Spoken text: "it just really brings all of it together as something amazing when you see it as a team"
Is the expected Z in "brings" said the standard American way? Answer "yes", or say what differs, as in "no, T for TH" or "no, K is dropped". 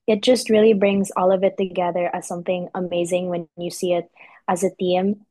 yes